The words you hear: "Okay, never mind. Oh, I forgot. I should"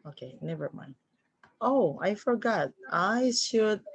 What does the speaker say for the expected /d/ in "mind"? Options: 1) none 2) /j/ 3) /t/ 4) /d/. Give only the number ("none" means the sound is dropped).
1